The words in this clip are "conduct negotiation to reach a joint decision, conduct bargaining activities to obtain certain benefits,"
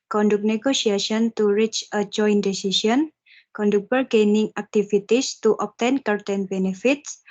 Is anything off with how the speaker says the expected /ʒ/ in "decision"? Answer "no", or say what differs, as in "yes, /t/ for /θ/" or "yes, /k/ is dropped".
yes, /s/ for /ʒ/